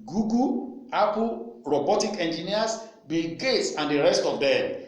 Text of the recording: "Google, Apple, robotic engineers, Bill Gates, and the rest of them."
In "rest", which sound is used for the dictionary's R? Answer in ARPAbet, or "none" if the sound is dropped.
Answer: R